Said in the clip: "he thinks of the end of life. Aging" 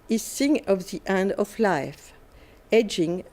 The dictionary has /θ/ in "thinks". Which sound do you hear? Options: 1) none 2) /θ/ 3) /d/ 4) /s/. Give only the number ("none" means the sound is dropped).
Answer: 4